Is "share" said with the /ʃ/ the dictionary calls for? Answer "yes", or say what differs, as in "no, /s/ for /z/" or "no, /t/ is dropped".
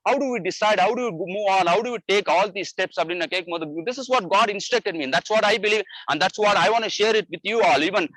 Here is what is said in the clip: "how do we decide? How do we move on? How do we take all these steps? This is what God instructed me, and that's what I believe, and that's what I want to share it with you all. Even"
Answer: yes